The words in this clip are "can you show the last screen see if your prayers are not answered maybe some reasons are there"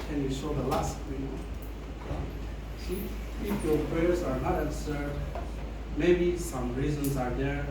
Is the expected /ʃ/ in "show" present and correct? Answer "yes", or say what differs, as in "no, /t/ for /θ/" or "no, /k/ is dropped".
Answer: no, /s/ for /ʃ/